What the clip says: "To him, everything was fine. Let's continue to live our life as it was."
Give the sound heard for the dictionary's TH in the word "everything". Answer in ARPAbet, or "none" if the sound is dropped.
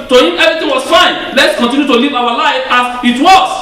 T